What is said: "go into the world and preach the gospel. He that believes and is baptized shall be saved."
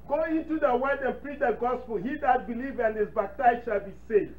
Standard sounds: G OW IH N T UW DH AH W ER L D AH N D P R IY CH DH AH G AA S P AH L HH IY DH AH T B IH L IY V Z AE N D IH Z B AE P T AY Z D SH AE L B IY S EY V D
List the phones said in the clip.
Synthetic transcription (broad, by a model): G OW IH N T UW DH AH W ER D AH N P R IY CH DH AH G AA S P AH L HH IY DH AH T B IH L IY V AE N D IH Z B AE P T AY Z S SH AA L B IY S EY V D